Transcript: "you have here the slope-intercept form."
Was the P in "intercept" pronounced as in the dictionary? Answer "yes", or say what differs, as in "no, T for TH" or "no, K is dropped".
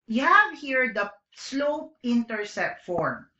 no, P is dropped